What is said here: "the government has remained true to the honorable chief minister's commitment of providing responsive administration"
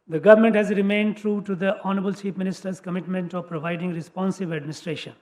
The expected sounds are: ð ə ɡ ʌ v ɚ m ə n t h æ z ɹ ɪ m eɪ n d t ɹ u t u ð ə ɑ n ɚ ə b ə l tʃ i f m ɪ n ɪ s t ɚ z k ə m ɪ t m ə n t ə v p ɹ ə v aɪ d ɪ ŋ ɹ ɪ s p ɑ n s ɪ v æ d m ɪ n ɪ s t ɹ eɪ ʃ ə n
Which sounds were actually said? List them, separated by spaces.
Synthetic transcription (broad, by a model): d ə ɡ ʌ v ɚ m ə n t h æ z ɹ ɪ m eɪ n d t ɹ u t u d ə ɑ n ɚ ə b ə l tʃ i p m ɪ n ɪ s t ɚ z k ə m ɪ t m ə n t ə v p ɹ ə v aɪ d ɪ ŋ ɹ ɪ s p ɑ n s ɪ v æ d m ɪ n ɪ s t ɹ eɪ ʃ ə n